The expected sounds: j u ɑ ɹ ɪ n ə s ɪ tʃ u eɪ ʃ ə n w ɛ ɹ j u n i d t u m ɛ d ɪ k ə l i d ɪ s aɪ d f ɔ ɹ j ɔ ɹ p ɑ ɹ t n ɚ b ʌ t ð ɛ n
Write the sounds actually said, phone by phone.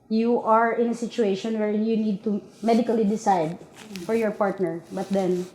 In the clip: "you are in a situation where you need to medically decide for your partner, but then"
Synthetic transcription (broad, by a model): j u ɑ ɹ ɪ n ə s ɪ tʃ u eɪ ʃ ə n w ɛ ɹ j u n i d t u m ɛ d ɪ k ə l i d ɪ s aɪ d f ɔ ɹ j ɔ ɹ p ɑ ɹ t n ɚ b ʌ t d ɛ n